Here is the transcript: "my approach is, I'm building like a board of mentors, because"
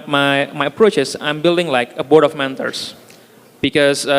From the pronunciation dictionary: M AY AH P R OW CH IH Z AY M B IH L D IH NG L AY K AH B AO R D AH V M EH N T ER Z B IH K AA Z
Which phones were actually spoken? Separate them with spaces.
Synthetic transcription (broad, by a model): M AY AH P R OW CH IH S AY M B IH L D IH NG L AY K AH B AO R D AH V M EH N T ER S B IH K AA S